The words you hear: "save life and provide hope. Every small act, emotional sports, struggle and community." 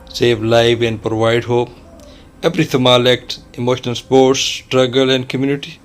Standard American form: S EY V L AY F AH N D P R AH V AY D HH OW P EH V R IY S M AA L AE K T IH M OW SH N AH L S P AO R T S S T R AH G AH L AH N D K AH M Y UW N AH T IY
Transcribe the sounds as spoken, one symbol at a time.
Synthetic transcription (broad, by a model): S EY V L AY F AH N D P R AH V AY D HH OW P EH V R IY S M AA L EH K T IH M OW SH N AH L S P AO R T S S T R AH G AH L AH N D K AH M Y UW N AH T IY